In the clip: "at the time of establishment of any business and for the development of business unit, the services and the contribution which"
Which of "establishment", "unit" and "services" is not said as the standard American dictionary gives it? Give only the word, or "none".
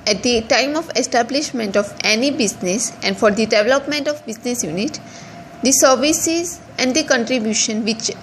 none